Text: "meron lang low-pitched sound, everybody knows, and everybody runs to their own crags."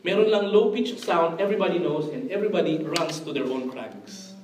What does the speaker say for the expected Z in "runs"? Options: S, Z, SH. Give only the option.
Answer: S